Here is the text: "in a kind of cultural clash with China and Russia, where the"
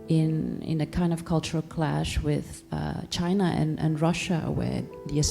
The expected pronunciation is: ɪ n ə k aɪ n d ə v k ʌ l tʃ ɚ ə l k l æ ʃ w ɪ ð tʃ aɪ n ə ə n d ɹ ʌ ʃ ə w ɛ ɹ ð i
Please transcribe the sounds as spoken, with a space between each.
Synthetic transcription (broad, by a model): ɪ n ə k aɪ n d ə v k ʌ l tʃ ɚ ə l k l æ ʃ w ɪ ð tʃ aɪ n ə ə n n ɹ ʌ ʃ ə w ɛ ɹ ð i